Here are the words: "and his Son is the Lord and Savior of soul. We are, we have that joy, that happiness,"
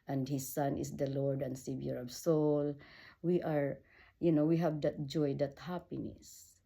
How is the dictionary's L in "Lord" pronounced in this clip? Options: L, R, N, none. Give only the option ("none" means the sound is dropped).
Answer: L